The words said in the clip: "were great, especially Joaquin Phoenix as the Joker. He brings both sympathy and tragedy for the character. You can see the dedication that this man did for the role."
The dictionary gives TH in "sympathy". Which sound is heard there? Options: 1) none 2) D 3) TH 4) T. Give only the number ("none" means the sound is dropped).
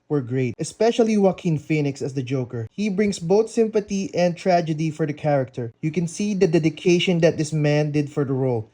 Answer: 4